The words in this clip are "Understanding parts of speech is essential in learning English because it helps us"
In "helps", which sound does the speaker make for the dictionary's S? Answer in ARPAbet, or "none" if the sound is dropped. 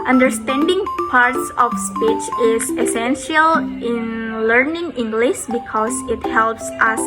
S